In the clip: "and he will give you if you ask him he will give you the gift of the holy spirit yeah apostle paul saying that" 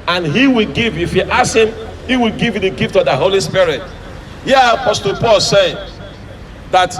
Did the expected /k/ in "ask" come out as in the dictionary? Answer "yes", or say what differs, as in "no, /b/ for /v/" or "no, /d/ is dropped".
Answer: no, /k/ is dropped